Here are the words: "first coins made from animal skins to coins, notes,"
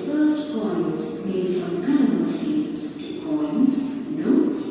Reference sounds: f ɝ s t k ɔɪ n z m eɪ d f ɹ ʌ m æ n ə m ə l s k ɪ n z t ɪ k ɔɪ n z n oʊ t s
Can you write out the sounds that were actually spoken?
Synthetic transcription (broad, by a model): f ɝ s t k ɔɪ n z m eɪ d f ɹ ʌ m æ n ə m ə l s ɪ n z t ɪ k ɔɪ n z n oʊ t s